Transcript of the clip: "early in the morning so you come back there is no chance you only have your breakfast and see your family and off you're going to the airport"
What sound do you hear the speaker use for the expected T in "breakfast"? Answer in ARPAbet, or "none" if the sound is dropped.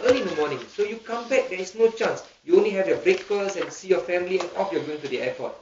none